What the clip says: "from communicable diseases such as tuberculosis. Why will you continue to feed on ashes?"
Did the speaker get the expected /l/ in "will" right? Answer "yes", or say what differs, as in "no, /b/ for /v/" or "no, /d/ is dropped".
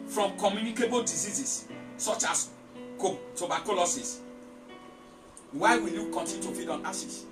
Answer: no, /n/ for /l/